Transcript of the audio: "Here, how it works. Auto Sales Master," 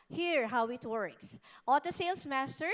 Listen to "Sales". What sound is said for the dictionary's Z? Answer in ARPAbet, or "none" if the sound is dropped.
S